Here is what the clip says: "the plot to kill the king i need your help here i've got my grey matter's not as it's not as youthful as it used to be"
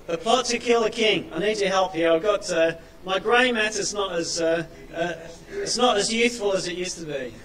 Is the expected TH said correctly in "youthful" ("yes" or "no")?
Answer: no